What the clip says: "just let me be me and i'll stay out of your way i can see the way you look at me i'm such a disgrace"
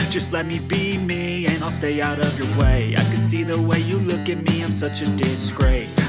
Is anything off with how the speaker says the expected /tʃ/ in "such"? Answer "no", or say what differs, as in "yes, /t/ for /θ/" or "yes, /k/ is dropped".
no